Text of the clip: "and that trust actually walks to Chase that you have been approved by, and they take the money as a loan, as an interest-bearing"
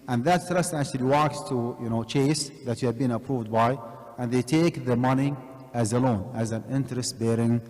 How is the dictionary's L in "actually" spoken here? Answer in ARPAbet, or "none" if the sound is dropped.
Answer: L